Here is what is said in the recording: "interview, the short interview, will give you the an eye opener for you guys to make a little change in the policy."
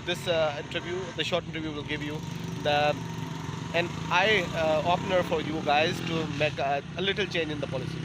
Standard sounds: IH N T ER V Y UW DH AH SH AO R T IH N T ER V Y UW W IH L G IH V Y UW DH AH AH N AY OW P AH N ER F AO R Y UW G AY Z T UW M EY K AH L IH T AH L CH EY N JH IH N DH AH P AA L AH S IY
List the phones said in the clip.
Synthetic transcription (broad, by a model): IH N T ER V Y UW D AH SH AO R T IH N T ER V Y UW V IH L G IH V Y UW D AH AH N AY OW P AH N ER F AO R Y UW G AY Z T UW M EY K AH L IH T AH L CH EY N JH IH N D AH P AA L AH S IY